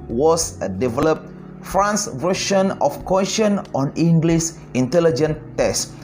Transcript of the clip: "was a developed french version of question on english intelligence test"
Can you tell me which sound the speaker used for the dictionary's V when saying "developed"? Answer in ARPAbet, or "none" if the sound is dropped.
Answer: V